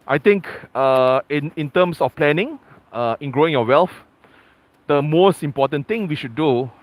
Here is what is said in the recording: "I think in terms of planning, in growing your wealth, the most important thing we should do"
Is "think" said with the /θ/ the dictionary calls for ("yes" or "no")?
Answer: no